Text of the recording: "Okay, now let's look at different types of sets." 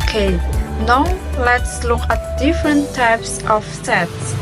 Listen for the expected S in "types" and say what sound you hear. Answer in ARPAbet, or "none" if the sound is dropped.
S